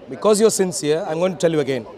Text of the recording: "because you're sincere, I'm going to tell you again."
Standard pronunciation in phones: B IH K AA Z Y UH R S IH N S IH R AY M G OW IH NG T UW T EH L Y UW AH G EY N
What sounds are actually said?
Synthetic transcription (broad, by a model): B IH K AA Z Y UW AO S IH N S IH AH AY M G OW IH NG T UW T EH L Y UW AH G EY N